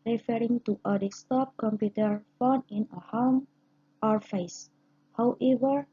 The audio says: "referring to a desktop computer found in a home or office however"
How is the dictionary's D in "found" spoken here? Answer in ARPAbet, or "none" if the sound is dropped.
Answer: none